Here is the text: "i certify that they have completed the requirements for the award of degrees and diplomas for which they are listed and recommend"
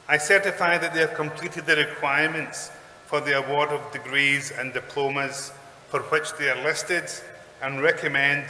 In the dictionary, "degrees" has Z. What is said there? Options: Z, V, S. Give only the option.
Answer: Z